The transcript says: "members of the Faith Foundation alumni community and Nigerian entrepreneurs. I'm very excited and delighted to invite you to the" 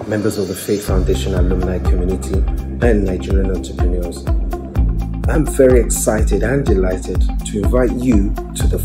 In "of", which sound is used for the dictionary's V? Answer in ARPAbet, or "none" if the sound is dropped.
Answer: V